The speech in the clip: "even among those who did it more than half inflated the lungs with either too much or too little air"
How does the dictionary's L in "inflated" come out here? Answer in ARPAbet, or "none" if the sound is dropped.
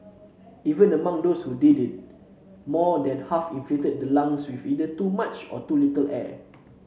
none